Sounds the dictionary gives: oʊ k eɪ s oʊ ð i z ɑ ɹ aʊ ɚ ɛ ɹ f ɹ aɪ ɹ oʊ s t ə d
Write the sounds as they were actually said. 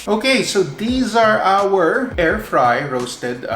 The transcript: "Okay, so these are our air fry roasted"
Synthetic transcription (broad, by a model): oʊ k eɪ s oʊ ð i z ɑ ɹ aʊ ɚ ɛ ɹ f ɹ aɪ ɹ oʊ s t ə d